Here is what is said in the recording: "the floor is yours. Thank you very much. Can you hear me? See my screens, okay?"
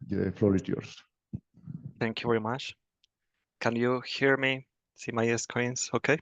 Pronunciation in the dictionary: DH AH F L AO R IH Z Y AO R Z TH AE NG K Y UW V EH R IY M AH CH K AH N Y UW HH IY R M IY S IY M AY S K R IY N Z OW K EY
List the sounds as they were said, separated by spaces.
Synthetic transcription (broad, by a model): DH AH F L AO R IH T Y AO R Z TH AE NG K Y UW V EH R IY M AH CH K AH N Y UW HH IY R M IY S IY M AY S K IY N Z OW K EY